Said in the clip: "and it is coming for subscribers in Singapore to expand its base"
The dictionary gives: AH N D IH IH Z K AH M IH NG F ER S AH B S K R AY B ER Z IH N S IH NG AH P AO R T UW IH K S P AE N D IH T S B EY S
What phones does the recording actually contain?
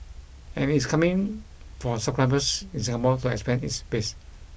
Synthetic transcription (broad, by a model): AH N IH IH S K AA M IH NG F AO S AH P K R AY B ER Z IH N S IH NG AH B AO L T UW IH K S P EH N IH T S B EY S